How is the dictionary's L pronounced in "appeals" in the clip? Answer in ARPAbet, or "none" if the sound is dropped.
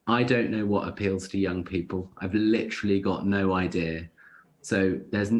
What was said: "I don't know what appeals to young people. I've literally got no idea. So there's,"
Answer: L